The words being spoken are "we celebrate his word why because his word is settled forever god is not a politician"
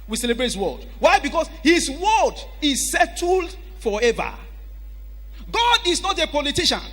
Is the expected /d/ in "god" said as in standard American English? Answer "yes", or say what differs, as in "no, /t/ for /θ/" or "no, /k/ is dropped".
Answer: yes